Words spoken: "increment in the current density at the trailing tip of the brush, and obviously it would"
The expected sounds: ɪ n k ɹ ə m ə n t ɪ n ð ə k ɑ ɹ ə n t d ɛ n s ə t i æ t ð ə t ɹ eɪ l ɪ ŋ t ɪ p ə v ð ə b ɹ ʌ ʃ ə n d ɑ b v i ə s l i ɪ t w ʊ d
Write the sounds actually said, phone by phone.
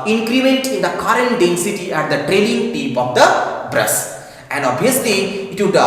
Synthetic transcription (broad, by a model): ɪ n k ɹ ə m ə n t ɪ n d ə k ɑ ɹ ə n d ɛ n s ə t i æ t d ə t ɹ eɪ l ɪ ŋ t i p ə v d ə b ɹ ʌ s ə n d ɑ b i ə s l i ɪ t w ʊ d